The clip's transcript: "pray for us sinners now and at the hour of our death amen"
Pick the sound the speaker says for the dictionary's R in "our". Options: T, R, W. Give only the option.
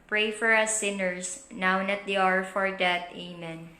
R